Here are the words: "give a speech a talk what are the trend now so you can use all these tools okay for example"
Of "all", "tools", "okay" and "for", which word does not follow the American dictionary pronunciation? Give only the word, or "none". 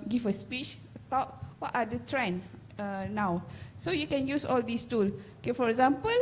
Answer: tools